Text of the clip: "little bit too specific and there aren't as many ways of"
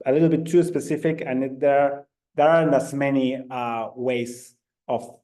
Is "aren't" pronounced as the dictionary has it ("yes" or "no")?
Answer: no